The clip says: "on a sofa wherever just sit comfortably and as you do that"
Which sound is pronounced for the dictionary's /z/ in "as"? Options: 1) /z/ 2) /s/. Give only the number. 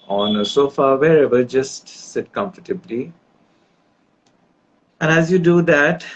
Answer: 1